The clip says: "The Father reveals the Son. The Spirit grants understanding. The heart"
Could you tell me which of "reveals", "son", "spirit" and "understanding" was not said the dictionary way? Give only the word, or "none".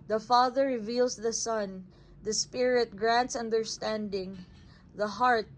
reveals